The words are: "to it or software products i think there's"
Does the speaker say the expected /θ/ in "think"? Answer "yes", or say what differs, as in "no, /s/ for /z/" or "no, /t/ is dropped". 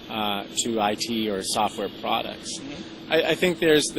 yes